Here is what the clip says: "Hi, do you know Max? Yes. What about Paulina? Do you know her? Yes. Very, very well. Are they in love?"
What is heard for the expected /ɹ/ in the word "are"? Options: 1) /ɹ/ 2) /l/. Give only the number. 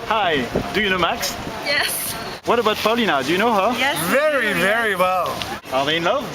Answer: 2